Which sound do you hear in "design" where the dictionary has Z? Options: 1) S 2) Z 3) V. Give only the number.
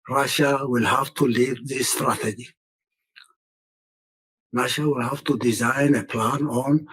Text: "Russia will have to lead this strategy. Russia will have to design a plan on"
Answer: 2